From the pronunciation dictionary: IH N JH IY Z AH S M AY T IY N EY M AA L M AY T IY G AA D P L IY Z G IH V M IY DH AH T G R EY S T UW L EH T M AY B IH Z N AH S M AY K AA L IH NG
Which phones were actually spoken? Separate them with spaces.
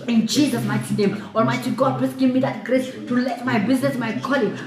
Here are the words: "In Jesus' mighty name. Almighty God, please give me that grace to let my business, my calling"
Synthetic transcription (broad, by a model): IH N CH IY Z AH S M AY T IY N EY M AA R M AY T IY G AA D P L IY S G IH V M IY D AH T G R EY S T UW L EH T M AY B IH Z N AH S M AY K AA L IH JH